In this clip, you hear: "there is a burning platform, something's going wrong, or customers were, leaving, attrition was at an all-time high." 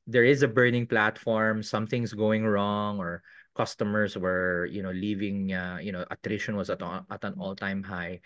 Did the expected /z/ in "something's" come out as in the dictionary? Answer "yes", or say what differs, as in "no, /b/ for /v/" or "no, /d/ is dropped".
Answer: no, /s/ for /z/